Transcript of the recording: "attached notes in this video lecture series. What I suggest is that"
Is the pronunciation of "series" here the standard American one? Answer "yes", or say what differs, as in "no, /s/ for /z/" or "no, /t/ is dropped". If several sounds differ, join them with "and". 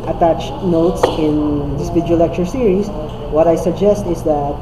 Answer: no, /s/ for /z/